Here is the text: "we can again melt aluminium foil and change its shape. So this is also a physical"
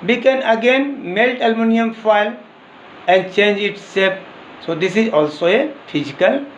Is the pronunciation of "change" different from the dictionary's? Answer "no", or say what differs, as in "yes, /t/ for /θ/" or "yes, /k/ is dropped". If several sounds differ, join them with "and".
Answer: no